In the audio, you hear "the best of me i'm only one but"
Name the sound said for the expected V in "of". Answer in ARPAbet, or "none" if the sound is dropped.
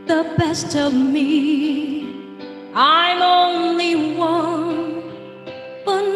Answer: V